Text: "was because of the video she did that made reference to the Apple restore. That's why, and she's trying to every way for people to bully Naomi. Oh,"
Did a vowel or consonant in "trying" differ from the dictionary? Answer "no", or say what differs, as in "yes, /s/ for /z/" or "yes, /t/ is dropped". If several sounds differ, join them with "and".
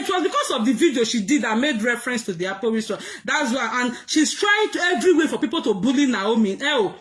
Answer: no